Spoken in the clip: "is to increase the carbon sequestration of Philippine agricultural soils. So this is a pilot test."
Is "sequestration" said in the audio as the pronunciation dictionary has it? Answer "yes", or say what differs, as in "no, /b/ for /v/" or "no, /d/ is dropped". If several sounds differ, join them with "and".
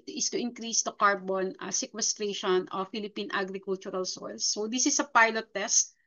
yes